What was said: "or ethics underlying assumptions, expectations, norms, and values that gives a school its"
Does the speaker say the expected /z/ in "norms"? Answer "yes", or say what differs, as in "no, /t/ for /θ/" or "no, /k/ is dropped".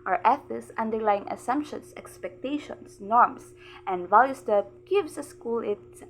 no, /s/ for /z/